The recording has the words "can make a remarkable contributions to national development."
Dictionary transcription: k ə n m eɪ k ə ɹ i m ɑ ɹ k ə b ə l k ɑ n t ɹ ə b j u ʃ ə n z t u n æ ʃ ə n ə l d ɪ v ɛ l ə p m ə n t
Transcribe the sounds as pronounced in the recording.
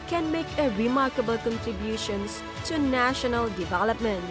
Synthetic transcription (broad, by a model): k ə n m eɪ k ə ɹ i m ɑ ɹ k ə b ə l k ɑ n t ɹ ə b j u ʃ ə n s t u n æ ʃ ə n ə l d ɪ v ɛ l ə p m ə n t